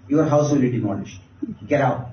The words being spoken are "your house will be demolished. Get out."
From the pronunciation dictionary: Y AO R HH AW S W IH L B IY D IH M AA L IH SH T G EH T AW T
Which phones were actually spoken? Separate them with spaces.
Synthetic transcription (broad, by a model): Y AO R HH AW S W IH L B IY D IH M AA N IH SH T G EH T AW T